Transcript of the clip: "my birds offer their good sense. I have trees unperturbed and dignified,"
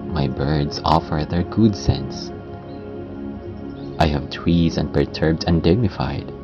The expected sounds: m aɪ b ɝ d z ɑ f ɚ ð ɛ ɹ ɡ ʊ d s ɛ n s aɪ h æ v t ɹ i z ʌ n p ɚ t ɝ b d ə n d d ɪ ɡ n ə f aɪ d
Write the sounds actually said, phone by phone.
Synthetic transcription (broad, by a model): m aɪ b ɝ d z ɑ f ɚ ð ɛ ɹ ɡ ʊ d s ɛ n s aɪ h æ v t w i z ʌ n p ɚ t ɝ b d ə n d d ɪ ɡ n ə f aɪ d